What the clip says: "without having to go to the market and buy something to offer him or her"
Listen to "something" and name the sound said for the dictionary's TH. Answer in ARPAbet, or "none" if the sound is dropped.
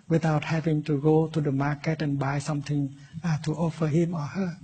T